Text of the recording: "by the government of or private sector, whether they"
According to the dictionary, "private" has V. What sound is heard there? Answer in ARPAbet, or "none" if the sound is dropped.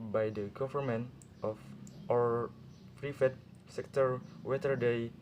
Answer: F